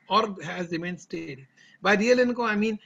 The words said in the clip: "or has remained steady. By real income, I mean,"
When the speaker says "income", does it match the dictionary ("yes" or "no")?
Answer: no